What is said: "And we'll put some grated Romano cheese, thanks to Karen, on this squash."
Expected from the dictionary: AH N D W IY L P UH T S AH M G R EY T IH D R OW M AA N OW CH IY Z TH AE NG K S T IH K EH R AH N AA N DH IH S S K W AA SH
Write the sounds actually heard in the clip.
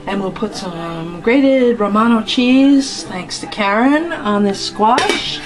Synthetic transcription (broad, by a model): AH N W IY L P UH T S AH M G R EY T IH D R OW M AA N OW CH IY Z TH AE NG K S T IH K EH R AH N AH N DH IH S S K W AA SH